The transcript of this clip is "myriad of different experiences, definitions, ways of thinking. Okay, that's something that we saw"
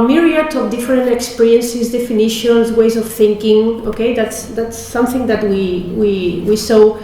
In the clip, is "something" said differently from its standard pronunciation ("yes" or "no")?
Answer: no